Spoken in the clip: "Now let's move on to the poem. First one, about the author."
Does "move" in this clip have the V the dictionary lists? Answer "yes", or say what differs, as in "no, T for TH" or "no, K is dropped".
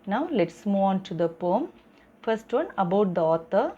no, V is dropped